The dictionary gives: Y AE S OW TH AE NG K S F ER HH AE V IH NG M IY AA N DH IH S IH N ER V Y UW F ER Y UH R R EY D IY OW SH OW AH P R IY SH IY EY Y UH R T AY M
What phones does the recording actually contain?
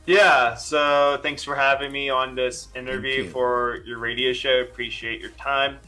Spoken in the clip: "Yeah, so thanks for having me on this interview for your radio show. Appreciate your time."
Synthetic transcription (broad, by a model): Y AE S OW TH AE NG K S F ER HH AE V IH NG M IY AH N DH IH S IH N ER V Y UW F ER Y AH R R EY D IY OW SH OW AH P R IY SH IY EY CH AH R T AY M